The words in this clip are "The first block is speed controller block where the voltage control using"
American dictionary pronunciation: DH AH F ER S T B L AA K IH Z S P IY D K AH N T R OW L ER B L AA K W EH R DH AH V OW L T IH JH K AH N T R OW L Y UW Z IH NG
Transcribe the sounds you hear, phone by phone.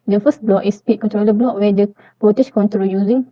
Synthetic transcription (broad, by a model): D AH F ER S T B L AA K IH S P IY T K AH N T R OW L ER B L AA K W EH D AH P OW T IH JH K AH N T R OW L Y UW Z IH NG